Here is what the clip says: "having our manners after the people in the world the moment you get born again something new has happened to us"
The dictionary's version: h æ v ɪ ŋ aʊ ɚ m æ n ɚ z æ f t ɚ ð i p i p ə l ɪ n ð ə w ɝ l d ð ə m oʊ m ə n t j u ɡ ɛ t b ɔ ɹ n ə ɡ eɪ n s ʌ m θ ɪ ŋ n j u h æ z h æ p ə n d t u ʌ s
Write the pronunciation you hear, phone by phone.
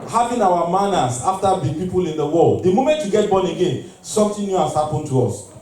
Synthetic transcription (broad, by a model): h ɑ v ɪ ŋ aʊ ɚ m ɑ n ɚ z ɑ f t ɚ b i p i p ə l ɪ n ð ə w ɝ l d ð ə m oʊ m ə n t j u ɡ ɛ t b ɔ n ə ɡ eɪ n s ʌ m t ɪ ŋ n j u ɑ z h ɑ p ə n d t u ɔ s